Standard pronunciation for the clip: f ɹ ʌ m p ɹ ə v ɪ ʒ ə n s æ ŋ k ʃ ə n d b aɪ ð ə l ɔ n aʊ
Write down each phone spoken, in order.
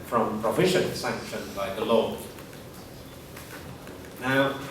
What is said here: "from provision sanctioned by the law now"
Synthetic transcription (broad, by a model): f ɹ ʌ m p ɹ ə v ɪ ʃ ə n s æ ŋ k ʃ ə n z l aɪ ð ə l ɔ n aʊ